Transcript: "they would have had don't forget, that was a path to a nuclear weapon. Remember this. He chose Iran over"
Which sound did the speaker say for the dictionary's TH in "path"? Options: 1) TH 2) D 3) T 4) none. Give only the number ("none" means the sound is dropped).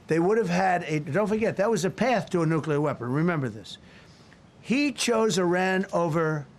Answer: 1